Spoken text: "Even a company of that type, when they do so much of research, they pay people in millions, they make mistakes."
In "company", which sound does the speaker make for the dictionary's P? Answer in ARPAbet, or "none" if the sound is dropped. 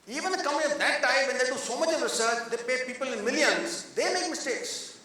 none